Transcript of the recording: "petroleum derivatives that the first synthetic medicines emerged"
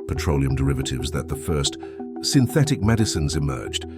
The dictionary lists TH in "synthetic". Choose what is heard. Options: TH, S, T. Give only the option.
TH